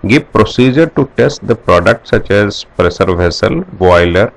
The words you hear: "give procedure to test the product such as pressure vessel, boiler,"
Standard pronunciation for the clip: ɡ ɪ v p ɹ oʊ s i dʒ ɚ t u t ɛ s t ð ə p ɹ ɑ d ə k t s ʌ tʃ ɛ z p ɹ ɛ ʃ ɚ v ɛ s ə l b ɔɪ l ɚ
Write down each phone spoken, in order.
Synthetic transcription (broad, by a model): ɡ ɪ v p ɹ oʊ s i dʒ ɚ t u t ɛ s t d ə p ɹ ɑ d ə k t s ʌ tʃ ɛ z p ɹ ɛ s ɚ v ɛ s ə l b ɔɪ l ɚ